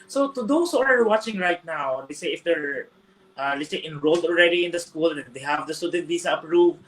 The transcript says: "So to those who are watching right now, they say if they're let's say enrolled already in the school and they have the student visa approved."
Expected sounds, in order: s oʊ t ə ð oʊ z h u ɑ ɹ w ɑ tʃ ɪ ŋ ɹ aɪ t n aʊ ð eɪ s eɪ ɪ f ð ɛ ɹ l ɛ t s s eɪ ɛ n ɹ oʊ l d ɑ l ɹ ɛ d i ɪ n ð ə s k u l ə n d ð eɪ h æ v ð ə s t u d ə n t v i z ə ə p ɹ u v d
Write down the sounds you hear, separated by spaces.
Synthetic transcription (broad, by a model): s oʊ t ə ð oʊ s h u ɑ ɹ w ɑ tʃ ɪ ŋ ɹ aɪ t n aʊ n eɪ s eɪ ɪ f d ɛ ɹ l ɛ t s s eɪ ɛ n ɹ oʊ l d ɑ l ɹ ɛ d i ɪ n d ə s k u l ə n d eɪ h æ v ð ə s t u d ə n t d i s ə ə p ɹ u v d